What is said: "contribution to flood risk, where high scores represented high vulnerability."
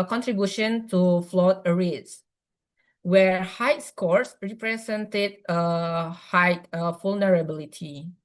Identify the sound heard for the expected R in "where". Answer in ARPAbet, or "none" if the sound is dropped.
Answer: R